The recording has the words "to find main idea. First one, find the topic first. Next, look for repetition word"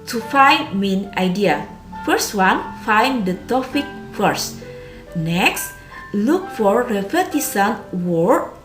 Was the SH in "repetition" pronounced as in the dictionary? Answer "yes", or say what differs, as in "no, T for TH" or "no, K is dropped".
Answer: no, S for SH